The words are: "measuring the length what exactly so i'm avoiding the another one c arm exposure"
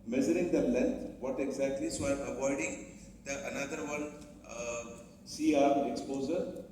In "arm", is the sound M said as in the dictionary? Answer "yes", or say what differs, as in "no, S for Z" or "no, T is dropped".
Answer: no, M is dropped